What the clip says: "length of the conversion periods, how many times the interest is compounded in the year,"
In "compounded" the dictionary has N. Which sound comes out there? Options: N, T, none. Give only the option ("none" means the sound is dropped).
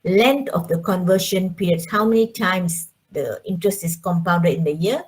none